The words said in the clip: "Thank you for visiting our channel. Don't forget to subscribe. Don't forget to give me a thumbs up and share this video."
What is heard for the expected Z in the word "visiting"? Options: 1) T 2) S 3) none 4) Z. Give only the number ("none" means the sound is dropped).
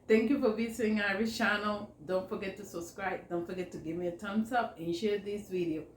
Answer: 2